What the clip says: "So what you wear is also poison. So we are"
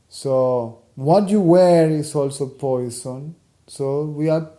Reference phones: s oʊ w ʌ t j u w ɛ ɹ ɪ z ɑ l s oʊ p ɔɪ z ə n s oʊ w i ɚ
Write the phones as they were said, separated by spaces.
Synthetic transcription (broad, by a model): s oʊ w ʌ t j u w ɛ ɹ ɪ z ɑ l s oʊ p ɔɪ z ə n s oʊ w i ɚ